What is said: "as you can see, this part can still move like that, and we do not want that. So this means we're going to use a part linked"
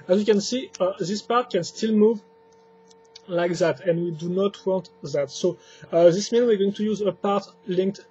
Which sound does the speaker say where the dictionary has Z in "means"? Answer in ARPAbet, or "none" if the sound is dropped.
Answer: none